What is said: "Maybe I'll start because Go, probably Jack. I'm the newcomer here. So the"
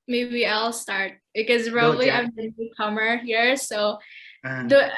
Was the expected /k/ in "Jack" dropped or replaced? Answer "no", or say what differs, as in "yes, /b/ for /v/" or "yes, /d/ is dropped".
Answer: yes, /k/ is dropped